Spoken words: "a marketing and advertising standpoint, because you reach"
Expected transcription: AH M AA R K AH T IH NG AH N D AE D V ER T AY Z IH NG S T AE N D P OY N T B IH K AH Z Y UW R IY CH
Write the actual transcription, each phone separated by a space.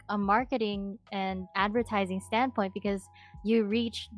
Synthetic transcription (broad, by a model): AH M AA R K AH T IH NG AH N AE D V ER T AY Z IH NG S T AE N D P OY N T B IH K AH Z Y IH R IY CH